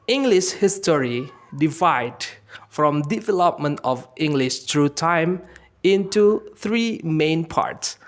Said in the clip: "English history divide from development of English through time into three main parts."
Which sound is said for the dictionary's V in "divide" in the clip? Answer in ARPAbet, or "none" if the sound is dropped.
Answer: V